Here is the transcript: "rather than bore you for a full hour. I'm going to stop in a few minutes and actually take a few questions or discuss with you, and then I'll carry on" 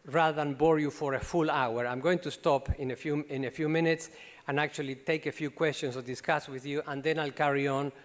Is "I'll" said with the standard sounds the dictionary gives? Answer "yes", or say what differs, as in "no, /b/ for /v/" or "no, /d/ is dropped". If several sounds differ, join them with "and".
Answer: yes